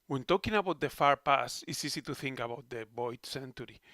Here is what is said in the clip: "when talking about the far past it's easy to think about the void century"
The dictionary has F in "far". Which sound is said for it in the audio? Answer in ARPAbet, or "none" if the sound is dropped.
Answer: F